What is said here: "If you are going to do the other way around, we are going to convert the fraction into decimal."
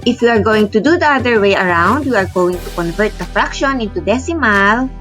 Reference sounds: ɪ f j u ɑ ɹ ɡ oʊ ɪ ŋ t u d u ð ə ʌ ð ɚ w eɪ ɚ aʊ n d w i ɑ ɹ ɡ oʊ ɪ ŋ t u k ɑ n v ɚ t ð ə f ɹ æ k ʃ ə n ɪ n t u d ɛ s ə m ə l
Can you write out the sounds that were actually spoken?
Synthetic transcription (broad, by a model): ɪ f j u ɑ ɹ ɡ oʊ ɪ ŋ t u d u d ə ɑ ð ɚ w eɪ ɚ aʊ n d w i ɑ ɹ ɡ oʊ ɪ ŋ t u k ɑ n v ɚ t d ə f ɹ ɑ k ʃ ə n ɪ n t u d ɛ s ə m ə l